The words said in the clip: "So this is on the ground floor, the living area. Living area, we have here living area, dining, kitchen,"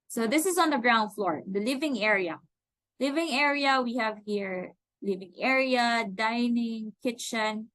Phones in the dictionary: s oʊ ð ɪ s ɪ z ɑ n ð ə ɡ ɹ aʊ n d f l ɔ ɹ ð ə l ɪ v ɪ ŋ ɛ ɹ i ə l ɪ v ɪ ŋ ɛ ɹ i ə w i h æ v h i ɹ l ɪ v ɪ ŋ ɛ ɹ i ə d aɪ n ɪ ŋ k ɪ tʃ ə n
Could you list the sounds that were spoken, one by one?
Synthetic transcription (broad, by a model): s oʊ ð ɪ s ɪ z ɑ n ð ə ɡ ɹ aʊ n d f l ɔ ɹ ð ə l ɪ v ɪ ŋ ɛ ɹ i ə l ɪ v ɪ ŋ ɛ ɹ i ə w i h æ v h i ɹ l ɪ v ɪ ŋ ɛ ɹ i ə d aɪ n ɪ ŋ k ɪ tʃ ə n